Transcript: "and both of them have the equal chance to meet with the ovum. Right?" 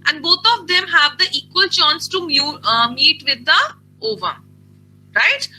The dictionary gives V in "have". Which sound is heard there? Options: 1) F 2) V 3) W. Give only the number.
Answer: 2